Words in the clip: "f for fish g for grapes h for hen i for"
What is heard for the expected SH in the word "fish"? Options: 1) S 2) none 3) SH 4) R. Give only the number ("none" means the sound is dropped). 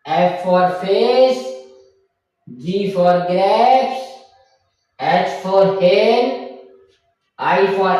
1